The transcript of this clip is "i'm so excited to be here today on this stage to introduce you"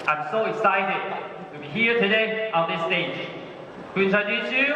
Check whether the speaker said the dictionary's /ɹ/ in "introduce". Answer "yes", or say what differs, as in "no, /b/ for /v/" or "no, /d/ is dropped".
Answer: no, /ɹ/ is dropped